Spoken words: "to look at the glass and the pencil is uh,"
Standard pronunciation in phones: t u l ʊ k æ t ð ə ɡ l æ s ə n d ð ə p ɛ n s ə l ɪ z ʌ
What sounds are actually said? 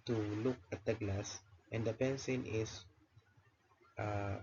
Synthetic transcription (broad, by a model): t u l ʊ k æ t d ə ɡ l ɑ s ə n d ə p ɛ n s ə n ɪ s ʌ